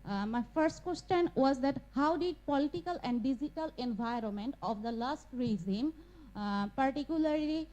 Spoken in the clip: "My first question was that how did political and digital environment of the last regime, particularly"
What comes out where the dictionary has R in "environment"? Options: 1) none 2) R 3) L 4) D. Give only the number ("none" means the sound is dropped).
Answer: 2